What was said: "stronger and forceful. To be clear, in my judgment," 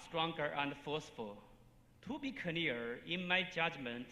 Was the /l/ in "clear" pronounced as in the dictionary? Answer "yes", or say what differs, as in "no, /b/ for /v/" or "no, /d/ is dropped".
no, /n/ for /l/